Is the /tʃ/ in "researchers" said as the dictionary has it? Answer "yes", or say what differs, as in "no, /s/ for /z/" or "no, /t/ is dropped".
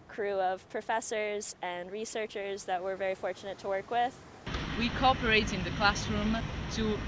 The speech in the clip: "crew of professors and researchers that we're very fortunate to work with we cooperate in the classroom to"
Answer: yes